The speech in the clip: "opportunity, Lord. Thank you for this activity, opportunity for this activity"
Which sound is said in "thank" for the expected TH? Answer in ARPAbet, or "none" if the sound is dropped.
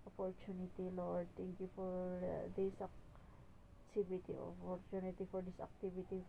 T